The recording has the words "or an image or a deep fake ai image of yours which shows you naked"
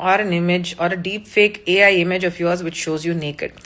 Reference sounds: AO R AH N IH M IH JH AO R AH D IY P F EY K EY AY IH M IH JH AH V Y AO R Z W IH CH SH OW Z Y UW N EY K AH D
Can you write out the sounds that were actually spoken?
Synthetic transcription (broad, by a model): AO R AH N IH M IH JH AO R AH D IY P F EY K EY AY IH M IH JH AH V Y AO R Z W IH CH SH OW Z Y UW N EY K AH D